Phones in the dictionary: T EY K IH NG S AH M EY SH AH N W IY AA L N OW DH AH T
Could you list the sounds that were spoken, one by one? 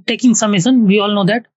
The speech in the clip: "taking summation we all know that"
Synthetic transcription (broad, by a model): T EY K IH NG S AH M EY S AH N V IY AA L N OW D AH T